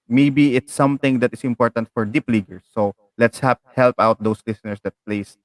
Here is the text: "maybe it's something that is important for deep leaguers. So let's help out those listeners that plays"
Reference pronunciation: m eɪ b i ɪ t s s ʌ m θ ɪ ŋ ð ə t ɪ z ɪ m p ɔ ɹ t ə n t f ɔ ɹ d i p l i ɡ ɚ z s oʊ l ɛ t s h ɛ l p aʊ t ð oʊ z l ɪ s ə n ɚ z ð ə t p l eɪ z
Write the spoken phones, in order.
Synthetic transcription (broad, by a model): m eɪ b i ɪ t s s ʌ m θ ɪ ŋ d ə t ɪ s ɪ m p ɔ ɹ t ə n t f ɔ ɹ d i p l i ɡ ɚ s oʊ l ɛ t s h ɛ l p aʊ t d oʊ s l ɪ s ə n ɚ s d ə t p l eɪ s